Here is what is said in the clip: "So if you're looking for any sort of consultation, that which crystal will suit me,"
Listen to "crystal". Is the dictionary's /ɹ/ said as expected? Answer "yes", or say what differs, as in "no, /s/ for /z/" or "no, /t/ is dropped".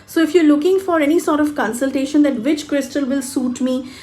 yes